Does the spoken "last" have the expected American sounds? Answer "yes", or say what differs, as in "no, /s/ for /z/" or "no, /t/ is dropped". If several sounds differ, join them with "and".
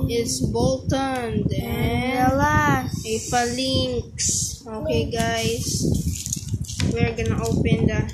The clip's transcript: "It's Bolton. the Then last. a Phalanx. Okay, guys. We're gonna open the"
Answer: no, /s/ is dropped